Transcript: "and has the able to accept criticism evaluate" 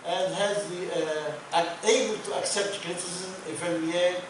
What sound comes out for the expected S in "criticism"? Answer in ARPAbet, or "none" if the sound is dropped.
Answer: none